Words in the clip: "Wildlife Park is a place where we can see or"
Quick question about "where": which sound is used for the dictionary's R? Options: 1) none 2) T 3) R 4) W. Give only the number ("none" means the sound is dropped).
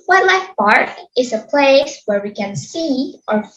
3